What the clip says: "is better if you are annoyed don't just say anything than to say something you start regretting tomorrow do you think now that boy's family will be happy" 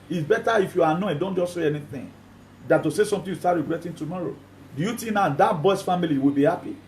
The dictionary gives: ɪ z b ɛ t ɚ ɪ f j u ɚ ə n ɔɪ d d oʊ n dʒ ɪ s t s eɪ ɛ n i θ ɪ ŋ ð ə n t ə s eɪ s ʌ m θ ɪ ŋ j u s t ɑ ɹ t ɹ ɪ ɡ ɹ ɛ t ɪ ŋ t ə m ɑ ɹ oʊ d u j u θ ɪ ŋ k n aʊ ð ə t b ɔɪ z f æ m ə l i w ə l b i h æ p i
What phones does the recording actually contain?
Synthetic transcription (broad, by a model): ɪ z b ɛ t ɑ ɪ f j u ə n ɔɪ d d oʊ n dʒ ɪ s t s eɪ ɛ n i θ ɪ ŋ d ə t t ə s eɪ s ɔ m t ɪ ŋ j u s t ɑ t ɹ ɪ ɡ ɹ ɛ t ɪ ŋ t ə m ɑ ɹ oʊ d u j u t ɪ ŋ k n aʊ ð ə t b ɔɪ s f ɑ m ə l i w ə l b i h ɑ p i